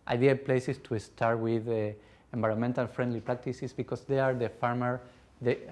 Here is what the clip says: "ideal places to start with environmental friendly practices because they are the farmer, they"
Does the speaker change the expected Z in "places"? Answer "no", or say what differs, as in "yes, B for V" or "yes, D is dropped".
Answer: yes, S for Z